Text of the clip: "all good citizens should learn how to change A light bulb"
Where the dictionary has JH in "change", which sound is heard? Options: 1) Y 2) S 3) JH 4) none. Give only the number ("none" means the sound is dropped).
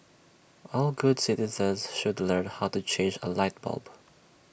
3